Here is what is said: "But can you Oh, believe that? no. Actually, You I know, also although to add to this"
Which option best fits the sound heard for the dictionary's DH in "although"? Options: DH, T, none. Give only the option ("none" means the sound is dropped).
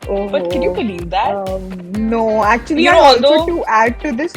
none